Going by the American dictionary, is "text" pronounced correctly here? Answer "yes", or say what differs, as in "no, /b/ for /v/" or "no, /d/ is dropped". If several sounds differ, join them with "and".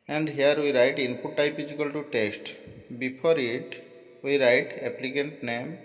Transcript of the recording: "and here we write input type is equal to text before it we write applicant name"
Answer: no, /k/ is dropped